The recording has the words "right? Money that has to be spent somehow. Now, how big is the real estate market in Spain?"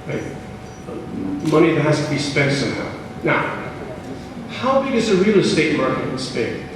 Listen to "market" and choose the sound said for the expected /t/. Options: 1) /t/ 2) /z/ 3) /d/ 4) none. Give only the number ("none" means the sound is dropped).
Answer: 4